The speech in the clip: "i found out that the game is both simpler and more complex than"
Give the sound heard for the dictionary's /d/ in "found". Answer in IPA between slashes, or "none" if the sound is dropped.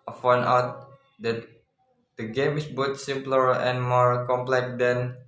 none